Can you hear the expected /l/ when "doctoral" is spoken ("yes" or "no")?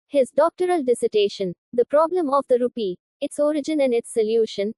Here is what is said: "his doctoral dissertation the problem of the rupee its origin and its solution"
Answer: yes